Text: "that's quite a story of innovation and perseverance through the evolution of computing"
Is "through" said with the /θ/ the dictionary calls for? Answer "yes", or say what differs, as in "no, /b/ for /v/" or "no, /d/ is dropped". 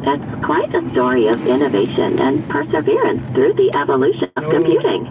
yes